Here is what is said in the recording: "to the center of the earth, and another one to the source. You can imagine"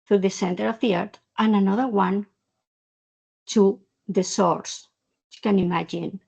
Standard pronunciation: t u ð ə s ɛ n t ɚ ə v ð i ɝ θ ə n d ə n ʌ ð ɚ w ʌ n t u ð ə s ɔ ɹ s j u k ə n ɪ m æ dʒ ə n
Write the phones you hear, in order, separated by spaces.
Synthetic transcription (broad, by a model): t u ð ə s ɛ n t ɚ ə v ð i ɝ t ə n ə n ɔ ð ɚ w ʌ n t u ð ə s ɔ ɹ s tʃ k ə n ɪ m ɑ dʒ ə n